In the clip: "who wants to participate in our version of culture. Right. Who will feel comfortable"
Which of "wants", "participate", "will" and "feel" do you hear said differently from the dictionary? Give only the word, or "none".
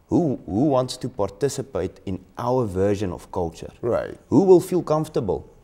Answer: none